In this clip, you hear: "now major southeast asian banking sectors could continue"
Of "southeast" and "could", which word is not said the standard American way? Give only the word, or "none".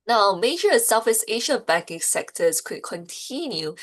southeast